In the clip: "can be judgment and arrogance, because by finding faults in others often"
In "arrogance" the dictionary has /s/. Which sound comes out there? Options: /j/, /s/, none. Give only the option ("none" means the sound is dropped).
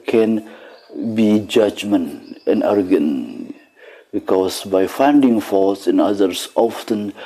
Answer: none